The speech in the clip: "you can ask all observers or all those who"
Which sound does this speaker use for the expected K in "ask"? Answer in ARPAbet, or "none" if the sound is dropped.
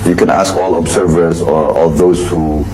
K